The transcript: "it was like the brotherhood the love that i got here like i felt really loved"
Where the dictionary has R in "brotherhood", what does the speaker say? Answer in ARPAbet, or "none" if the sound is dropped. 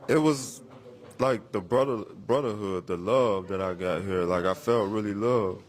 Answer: R